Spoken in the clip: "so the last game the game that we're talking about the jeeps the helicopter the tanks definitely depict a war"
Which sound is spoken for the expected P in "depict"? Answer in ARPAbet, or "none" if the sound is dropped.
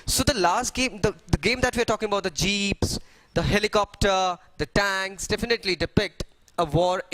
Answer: P